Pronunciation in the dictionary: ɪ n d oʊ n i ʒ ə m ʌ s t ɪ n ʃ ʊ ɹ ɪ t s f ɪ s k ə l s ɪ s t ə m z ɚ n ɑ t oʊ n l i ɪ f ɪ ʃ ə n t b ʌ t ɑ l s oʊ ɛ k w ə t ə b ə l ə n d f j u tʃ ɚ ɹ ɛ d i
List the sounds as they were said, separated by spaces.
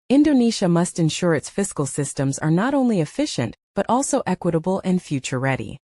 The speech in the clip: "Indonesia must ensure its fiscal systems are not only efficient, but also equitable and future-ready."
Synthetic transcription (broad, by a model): ɪ n d oʊ n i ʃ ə m ʌ s t ɪ n ʃ ʊ ɹ ɪ t s f ɪ s k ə l s ɪ s t ə m z ɚ n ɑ t oʊ n l i ɪ f ɪ ʃ ə n t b ʌ t ɑ l s oʊ ɛ k w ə t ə b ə l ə n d f j u tʃ ɚ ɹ ɛ d i